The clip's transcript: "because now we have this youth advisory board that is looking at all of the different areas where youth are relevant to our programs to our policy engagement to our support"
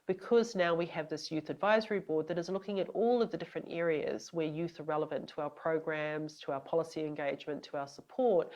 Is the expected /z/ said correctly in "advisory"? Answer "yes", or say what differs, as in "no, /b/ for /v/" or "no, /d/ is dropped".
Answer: yes